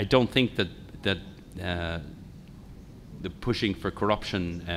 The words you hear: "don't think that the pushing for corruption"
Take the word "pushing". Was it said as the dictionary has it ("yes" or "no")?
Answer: yes